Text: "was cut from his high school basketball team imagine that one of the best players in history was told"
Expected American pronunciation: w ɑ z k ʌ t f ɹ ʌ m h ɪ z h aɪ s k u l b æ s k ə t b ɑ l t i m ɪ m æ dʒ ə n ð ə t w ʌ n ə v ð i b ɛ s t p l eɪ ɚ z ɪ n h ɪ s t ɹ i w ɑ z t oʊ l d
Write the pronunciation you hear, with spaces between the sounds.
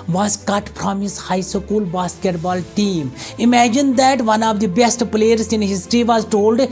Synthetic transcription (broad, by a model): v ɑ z k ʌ t p ɹ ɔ m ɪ s h aɪ s k u l b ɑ s k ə t b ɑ l t i m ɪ m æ dʒ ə n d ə t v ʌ n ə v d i b ɛ s t p l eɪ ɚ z ɪ n h ɪ s t ɹ i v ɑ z t oʊ l d